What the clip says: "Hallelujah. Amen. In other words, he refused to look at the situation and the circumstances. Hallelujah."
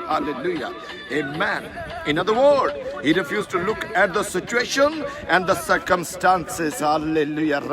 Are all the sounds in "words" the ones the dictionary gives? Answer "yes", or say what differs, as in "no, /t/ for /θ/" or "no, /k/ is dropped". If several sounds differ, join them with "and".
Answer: no, /z/ is dropped